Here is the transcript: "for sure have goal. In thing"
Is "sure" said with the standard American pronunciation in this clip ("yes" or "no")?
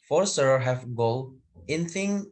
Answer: no